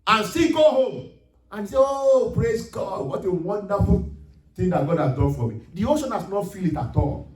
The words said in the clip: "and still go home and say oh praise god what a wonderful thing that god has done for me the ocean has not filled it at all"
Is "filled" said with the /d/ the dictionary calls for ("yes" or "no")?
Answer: no